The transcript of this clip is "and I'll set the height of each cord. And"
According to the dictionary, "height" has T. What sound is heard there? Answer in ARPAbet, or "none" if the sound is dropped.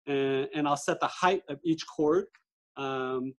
T